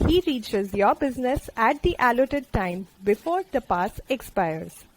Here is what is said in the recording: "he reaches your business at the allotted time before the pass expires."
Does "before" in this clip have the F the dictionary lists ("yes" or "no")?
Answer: yes